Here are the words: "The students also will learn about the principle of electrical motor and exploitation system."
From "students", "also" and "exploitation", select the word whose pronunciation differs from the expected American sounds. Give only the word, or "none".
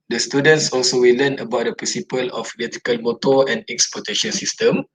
exploitation